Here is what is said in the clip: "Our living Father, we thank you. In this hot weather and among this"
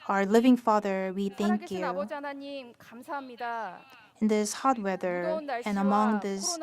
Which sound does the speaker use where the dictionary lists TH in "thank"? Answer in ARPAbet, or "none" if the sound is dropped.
TH